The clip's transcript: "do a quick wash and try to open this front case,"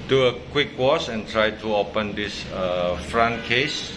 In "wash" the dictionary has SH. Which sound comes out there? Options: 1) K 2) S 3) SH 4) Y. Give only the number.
2